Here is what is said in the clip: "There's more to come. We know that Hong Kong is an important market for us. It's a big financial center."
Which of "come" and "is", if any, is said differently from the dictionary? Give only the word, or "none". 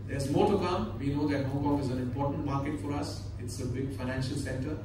none